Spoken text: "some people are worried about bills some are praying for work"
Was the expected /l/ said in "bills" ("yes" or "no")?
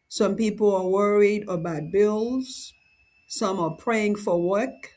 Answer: yes